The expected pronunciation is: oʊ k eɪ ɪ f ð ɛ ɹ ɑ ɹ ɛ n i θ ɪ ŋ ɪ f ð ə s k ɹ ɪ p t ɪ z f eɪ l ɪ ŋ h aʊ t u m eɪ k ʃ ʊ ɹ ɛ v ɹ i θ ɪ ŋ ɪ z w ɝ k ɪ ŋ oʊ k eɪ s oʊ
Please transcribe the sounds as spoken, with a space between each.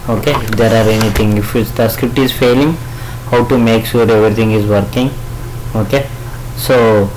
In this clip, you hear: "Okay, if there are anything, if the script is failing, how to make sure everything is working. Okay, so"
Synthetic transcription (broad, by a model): oʊ k eɪ ɪ f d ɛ ɹ ɑ ɹ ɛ n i t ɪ ŋ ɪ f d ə s k ɹ ɪ p t ɪ z f eɪ l ɪ ŋ h aʊ t u m eɪ k ʃ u ɹ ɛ v ɹ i t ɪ ŋ ɪ z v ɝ k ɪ ŋ oʊ k eɪ s oʊ